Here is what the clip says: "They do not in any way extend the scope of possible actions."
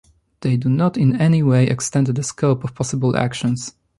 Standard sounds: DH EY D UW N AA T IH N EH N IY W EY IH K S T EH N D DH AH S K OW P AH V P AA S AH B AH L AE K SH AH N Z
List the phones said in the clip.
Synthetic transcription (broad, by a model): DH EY D UW N AA T IH N EH N IY W EY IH K S T EH N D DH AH S K OW P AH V P AA S AH B AH L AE K SH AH N S